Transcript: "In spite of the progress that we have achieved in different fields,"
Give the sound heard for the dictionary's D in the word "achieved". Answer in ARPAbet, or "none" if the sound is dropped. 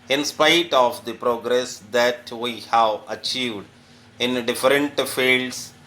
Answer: D